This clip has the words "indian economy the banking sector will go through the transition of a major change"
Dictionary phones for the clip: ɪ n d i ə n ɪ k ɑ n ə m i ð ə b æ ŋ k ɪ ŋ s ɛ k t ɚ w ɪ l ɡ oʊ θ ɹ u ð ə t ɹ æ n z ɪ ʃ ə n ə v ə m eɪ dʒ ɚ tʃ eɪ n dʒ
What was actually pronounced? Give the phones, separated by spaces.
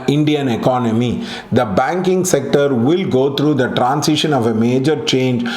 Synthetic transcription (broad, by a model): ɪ n d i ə n ɪ k ɑ n ə m i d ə b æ ŋ k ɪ ŋ s ɛ k t ɚ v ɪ l ɡ oʊ t ɹ u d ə t ɹ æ n s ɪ ʃ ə n ə v ə m eɪ dʒ ɚ tʃ eɪ n dʒ